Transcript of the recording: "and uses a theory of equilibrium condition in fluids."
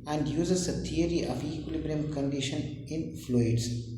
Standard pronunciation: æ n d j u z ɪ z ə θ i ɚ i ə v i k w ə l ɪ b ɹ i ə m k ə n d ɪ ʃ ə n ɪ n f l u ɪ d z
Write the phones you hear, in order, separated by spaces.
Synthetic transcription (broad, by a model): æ n d j u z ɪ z ə t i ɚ i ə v i k w ə l ɪ b ɹ i ə m k ə n d ɪ ʃ ə n ɪ n f l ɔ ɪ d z